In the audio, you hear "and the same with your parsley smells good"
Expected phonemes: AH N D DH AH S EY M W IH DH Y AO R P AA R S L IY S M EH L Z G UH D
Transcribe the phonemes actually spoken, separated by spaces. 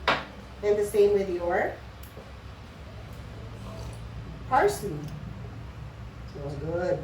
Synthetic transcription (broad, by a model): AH N DH AH S EY M W IH DH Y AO R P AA R S IY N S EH Z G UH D